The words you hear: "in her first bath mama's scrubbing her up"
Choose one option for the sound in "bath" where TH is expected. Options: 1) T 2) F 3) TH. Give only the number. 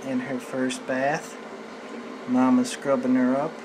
3